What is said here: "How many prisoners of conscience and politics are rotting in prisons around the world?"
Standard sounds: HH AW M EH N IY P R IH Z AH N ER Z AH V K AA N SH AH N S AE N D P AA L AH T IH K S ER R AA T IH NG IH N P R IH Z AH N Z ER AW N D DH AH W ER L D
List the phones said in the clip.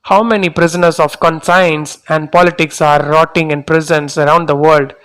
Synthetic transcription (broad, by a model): HH AW M EH N IY P R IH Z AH N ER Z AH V K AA N S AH N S AE N D P AA L AH T IH K S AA R AA T IH NG IH N P R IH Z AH N S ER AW N D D AH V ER L D